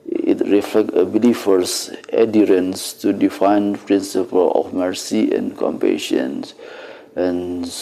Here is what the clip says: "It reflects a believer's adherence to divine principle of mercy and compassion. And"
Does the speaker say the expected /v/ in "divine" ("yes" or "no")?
no